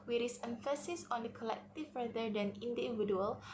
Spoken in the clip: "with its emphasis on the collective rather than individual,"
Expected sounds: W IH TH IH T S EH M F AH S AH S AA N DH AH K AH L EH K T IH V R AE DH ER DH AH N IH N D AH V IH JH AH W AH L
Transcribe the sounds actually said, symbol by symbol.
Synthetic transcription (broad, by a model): W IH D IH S EH M F AH S AH S AA N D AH K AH L EH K T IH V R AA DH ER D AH N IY N D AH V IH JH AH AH L